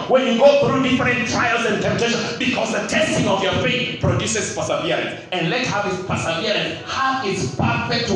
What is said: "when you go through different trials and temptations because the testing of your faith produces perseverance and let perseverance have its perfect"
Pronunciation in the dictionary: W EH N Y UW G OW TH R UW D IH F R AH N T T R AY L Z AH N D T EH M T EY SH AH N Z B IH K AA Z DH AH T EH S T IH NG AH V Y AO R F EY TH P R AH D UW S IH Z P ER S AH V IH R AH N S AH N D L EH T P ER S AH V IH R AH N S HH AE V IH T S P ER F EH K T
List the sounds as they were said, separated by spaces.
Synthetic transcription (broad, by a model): W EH N Y UW G OW TH R UW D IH F R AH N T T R AY L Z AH N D T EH M T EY SH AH N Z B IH K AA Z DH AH T EH S T IH NG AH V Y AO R F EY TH P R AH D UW S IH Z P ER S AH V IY R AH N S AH N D L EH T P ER S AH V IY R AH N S HH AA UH IH T S P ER F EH K T